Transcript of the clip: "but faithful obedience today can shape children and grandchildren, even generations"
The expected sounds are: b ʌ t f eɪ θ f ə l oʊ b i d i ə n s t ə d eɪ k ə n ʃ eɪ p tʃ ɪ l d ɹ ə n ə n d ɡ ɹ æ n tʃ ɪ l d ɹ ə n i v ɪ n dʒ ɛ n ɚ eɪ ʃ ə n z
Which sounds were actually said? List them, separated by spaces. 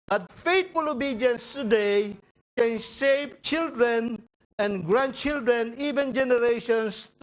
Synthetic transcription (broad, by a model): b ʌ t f eɪ t f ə l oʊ b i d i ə n s t ə d eɪ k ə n s eɪ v tʃ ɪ l d ɹ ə n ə n ɡ ɹ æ n tʃ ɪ l d ɹ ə n i v ɪ n dʒ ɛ n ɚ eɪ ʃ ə n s